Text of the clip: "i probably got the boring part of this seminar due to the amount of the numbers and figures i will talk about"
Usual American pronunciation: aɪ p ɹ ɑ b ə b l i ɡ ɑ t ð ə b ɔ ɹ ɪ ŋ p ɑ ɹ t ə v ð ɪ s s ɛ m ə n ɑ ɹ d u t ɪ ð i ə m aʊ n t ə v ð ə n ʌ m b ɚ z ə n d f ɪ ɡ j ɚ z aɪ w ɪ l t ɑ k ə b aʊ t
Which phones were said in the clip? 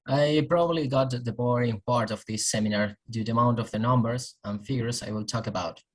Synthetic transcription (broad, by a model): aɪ p ɹ ɑ b ə b l i ɡ ɑ t ð ə b ɔ ɹ ɪ ŋ p ɑ ɹ t ə v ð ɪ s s ɛ m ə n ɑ ɹ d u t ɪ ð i ə m aʊ n t ə v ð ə n ʌ m b ɚ z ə n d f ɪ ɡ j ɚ s aɪ w ɪ l t ɑ k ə b aʊ t